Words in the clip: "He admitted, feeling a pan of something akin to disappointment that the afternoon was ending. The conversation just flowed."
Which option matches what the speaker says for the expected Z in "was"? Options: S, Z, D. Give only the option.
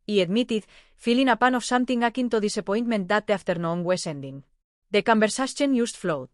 S